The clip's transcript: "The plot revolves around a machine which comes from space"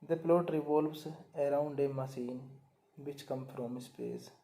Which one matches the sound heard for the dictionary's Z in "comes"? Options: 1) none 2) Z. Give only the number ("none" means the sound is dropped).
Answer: 1